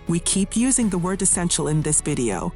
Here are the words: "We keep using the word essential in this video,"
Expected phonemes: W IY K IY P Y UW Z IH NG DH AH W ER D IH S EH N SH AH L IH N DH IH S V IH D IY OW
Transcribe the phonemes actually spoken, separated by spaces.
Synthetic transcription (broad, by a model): W IY K IY P Y UW Z IH NG DH AH W ER D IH S EH N SH L IH N DH IH S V IH D IY OW